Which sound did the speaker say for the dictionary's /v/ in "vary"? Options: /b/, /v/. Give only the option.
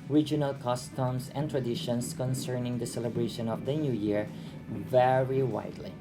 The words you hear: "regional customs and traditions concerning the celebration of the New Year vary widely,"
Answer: /v/